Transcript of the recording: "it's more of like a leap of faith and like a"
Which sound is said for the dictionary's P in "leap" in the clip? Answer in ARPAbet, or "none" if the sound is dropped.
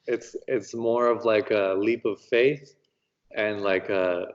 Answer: P